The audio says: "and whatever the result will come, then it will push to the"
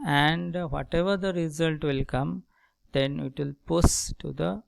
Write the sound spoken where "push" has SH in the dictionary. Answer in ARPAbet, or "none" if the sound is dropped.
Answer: S